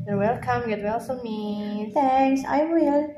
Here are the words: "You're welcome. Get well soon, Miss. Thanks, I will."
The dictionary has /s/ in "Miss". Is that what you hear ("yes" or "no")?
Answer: no